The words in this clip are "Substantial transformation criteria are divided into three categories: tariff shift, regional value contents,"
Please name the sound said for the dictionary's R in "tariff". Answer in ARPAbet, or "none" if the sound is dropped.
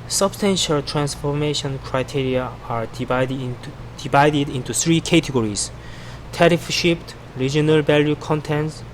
R